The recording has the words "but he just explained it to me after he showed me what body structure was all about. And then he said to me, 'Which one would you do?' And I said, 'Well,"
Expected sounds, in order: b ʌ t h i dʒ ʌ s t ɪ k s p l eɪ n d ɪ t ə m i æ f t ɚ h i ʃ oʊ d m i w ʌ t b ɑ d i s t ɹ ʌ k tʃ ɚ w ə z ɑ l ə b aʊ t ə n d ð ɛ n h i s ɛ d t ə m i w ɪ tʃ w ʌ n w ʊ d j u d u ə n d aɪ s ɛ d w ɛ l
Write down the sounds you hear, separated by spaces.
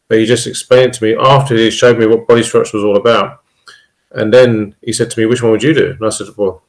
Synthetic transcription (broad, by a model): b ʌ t h i dʒ ʌ s t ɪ k s p l eɪ n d t ə m i æ f t ɚ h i ʃ oʊ d m i w ʌ t b ɑ d i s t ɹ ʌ tʃ w ə z ɑ l ə b aʊ t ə n ð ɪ n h i s ɛ d t ə m i w ɪ tʃ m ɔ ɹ w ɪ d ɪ d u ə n aɪ s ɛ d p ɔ